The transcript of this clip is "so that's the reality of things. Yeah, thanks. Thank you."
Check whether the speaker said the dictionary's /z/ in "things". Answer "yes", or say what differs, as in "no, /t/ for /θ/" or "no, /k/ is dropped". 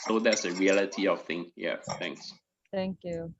no, /z/ is dropped